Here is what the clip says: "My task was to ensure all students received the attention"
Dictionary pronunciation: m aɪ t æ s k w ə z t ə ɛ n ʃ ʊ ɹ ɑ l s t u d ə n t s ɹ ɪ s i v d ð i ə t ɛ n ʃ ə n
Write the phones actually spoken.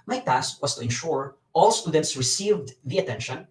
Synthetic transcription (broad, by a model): m aɪ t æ s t w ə s t ə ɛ n ʃ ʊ ɹ ɑ l s t u d ə n t s ɹ ɪ s i v d ð i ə t ɛ n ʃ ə n